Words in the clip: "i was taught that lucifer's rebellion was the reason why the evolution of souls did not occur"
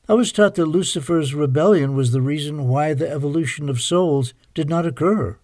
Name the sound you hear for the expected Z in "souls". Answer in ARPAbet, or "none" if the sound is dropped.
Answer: Z